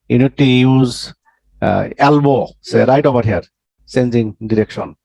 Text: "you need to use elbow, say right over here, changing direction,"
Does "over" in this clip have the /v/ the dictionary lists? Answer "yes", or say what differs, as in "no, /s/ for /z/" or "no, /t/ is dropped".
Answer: no, /b/ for /v/